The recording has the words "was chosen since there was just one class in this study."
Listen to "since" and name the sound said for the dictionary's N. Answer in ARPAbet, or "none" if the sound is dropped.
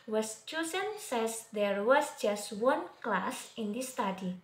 none